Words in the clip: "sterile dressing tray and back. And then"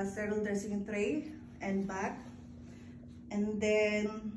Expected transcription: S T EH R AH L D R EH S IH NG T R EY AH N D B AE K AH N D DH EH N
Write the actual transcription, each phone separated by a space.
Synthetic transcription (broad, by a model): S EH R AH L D EH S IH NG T R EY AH N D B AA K AH N D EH N